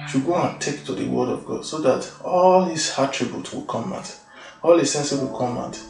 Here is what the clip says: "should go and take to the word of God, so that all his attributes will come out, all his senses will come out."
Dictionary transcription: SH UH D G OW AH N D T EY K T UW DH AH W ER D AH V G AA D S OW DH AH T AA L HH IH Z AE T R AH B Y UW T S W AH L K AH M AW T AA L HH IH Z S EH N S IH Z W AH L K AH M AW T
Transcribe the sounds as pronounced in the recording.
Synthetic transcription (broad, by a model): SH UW G OW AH N T EY K T UW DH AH W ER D AH V G AA D S OW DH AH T AA L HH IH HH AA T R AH B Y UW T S W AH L K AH M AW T AA L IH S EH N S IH W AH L K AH M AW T